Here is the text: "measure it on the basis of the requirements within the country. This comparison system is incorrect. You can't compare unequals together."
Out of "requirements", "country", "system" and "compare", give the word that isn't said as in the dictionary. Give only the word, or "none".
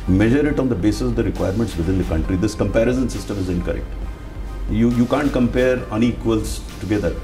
none